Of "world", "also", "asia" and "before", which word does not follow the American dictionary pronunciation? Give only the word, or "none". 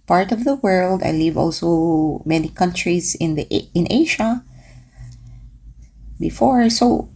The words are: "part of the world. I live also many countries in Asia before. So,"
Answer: asia